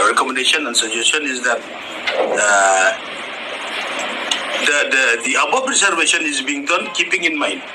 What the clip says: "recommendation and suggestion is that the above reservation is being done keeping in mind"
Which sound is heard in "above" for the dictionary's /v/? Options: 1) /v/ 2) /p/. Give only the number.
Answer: 2